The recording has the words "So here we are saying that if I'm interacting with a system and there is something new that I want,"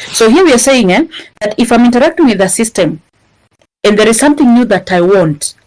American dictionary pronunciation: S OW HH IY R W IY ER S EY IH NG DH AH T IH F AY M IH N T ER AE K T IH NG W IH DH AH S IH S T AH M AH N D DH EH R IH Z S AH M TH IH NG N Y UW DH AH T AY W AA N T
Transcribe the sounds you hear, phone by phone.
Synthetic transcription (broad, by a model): S OW HH IY R W IY ER S EY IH NG DH AH T IH F AY M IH N T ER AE K T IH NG W IH DH AH S IH S T AH M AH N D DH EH R IH Z S AH M TH IH NG N Y UW DH AH T AY W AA N T